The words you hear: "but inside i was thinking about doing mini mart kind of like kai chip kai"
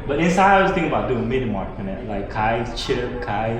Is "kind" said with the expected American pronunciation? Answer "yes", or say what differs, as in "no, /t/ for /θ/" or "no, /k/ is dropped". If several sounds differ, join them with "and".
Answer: no, /d/ is dropped